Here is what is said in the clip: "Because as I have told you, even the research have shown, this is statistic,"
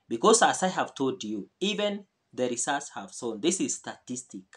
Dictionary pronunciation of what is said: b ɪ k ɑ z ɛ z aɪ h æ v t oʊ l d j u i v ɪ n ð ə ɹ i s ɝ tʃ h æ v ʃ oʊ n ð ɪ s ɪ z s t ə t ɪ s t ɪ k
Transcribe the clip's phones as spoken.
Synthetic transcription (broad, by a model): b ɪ k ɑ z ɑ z aɪ h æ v t oʊ l d j u i v ɪ n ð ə ɹ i s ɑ s h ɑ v s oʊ n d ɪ s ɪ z s t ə t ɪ s t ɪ k